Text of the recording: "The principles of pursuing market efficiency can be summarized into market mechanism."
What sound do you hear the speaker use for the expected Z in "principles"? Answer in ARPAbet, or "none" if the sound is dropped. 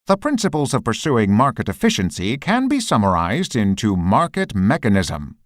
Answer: Z